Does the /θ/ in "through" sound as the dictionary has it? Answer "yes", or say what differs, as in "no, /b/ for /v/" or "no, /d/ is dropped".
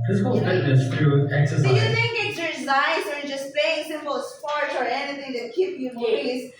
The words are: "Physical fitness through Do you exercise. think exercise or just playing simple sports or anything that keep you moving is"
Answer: no, /t/ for /θ/